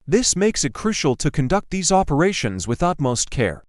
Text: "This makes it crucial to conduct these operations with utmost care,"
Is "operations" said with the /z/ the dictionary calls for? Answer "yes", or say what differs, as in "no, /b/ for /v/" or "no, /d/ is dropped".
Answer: yes